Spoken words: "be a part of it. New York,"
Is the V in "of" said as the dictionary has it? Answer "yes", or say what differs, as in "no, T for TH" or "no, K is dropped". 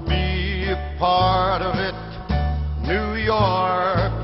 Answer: yes